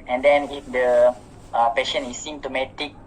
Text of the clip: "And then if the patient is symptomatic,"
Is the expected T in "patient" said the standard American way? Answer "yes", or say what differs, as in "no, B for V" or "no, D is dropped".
no, T is dropped